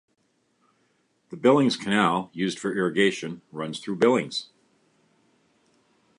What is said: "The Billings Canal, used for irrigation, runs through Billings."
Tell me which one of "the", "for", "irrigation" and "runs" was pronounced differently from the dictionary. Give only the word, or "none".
none